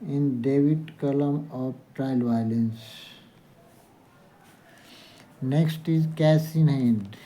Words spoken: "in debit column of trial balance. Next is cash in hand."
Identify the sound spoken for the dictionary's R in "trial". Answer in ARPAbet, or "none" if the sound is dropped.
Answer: R